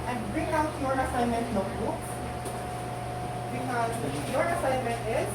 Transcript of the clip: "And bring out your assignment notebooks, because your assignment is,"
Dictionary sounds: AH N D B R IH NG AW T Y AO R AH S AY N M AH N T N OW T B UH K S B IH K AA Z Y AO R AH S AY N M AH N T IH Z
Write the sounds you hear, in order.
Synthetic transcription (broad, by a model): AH N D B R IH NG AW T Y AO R AH S AY N M AH N T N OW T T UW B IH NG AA Y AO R AH S AY N M AH N T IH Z